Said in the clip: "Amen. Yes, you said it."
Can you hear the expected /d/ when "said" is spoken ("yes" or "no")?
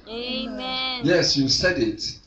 yes